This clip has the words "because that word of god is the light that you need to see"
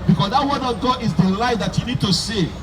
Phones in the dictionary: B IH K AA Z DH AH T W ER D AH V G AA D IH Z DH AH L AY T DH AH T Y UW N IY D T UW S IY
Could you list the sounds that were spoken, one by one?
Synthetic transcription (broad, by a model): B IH K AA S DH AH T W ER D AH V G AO IH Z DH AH L AY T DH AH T Y UW N IY D T UW S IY